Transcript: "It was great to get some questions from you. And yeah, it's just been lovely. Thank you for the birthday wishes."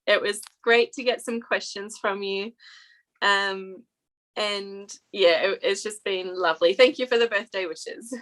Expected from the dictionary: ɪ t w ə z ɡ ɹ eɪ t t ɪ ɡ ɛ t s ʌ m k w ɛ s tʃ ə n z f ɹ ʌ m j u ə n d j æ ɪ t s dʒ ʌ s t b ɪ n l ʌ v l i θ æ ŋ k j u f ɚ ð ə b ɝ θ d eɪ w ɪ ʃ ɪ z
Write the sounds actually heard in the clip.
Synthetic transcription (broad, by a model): ɪ t w ə z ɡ ɹ eɪ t t ɪ ɡ ɛ t s ʌ m k w ɛ s tʃ ə n z f ɹ ʌ m j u ə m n j æ ɪ t s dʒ ʌ s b ɪ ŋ l ʌ v l i θ æ ŋ k j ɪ f ɚ ð ə b ɝ θ d eɪ w ɪ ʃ ɪ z